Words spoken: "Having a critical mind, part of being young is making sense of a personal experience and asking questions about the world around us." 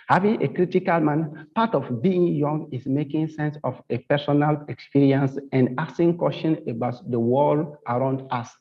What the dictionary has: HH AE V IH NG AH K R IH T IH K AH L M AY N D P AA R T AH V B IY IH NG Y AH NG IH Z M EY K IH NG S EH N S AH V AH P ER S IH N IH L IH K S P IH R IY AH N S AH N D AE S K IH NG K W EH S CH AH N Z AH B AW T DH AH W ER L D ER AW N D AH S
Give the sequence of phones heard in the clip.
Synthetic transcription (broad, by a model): HH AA V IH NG AH K R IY T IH K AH L M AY N P AA T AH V B IY IH NG Y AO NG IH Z M EY K IH NG S EH N S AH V AH P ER S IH N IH L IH K S P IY R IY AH N S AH N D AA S IH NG K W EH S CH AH N AH B AW T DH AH W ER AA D AW N D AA S